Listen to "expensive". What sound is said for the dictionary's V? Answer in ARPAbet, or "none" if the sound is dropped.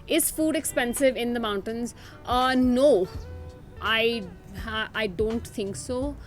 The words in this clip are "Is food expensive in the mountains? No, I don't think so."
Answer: V